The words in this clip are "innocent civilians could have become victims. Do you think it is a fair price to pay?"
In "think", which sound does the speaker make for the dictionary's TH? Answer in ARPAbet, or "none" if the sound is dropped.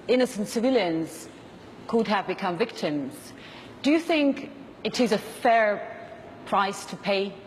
TH